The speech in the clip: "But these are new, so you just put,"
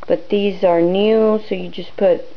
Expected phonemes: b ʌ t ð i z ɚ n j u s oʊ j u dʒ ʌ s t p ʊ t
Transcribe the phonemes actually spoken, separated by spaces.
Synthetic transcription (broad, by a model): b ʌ t ð i z ɚ n j u s oʊ j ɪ dʒ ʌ s p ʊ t